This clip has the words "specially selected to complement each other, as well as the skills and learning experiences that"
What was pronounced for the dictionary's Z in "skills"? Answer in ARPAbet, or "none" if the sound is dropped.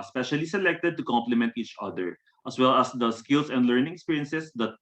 S